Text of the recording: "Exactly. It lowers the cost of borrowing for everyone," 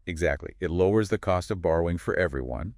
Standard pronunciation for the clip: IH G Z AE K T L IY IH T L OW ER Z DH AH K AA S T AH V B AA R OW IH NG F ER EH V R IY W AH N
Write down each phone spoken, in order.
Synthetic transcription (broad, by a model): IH G Z AE K T L IY IH T L OW ER Z DH AH K AA S T AH V B AA R OW IH NG F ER EH V R IY W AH N